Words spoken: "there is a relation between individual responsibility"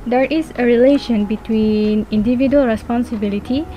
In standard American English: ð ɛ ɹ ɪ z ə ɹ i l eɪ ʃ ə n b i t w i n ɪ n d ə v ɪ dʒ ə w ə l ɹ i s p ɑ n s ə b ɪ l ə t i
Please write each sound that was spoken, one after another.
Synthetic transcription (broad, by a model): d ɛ ɹ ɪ s ə ɹ i l eɪ ʃ ə n b i t w i n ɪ n d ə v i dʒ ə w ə l ɹ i s p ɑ n s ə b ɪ l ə t i